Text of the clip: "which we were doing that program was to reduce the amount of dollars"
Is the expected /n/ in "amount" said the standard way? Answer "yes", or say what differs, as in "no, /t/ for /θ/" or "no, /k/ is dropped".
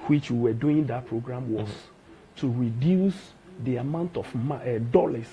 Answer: yes